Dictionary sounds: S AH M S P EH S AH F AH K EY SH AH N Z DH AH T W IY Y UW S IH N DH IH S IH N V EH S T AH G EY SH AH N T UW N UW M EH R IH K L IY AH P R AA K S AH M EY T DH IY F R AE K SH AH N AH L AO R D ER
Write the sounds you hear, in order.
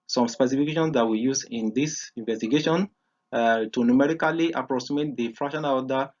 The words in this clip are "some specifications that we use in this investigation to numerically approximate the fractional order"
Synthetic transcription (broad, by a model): S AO M S P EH S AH F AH K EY SH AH N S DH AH T W IY Y UW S IH N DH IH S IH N V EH S T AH G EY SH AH N T UW N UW M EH R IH K L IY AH P R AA S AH M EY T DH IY F R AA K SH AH N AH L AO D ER